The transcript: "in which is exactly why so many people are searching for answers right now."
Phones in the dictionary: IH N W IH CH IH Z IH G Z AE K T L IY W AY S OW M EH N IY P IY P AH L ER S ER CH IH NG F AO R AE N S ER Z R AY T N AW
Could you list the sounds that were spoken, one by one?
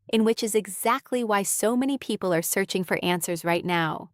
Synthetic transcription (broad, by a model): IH N W IH CH IH Z IH G Z AE K T L IY W AY S OW M EH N IY P IY P L ER S ER CH IH NG F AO R AE N S ER Z R AY T N AW